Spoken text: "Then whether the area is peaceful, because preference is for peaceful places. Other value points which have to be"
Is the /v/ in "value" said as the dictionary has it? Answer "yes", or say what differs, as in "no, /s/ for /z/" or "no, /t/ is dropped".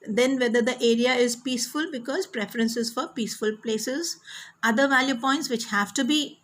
yes